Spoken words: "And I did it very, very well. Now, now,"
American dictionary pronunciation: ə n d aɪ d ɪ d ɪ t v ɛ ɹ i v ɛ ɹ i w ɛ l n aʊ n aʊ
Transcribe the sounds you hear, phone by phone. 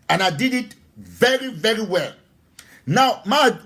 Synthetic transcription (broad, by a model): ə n aɪ d ɪ d ɪ t v ɛ ɹ i v ɛ ɹ i w ɛ l n aʊ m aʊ